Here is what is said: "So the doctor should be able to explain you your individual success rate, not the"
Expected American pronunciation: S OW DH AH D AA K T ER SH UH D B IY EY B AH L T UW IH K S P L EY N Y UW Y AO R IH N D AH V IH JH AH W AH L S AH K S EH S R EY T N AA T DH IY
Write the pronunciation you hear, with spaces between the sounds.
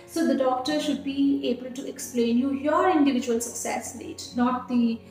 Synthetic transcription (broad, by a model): S OW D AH D AA K T ER SH UH D B IY EY B AH L T UW IH K S P L EY N Y UW Y AO R IH N D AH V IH JH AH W AH L S AH K S EH S L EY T N AA T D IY